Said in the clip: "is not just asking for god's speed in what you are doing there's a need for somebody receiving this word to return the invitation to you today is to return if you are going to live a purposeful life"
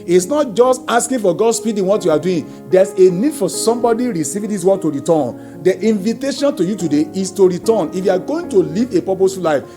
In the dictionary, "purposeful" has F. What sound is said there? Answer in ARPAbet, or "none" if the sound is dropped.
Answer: none